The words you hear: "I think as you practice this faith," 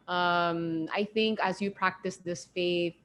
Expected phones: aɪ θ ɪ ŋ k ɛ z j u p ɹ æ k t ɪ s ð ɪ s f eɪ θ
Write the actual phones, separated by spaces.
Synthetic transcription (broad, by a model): aɪ θ ɪ ŋ k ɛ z j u p ɹ æ k t ɪ s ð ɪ s f eɪ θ